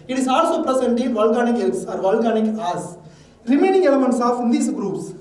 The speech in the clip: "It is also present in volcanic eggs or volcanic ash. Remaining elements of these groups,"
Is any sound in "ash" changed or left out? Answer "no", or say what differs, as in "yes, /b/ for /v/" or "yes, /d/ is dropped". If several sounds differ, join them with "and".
yes, /s/ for /ʃ/